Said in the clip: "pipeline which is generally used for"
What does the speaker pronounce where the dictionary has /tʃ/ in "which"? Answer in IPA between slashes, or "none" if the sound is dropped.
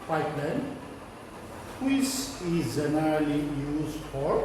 /s/